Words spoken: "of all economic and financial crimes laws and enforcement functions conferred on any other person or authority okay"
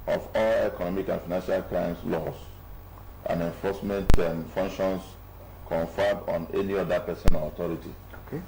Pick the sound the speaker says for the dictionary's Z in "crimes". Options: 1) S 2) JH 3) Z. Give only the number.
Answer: 1